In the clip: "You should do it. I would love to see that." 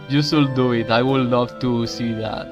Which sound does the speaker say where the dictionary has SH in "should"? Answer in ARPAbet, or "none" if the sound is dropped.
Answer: S